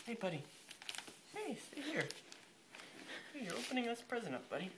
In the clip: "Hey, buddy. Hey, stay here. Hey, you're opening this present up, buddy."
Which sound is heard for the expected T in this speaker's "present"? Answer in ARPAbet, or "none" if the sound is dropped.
none